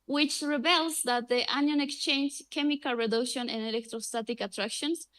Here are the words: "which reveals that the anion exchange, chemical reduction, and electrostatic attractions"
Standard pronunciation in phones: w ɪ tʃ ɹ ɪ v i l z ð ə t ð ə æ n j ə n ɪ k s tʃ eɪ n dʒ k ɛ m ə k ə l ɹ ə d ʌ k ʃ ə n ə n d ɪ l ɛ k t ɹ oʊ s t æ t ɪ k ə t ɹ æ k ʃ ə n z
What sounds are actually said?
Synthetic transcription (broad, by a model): w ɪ tʃ ɹ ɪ b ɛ l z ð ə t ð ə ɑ n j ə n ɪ k s tʃ eɪ n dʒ k ɛ m ə k ə l ɹ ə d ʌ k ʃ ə n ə n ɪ l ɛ k t ɹ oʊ s t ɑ t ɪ k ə t ɹ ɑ k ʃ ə n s